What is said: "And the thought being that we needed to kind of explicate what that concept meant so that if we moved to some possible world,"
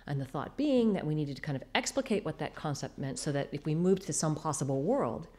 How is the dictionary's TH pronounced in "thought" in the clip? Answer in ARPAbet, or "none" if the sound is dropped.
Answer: TH